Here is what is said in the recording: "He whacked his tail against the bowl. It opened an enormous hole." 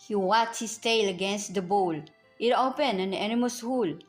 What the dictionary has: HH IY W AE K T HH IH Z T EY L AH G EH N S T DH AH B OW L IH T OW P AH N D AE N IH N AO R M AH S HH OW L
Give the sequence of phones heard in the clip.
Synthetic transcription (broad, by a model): HH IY W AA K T HH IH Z T EY L AH G EH N S T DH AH B OW L IH T OW P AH N AE N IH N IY M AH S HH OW L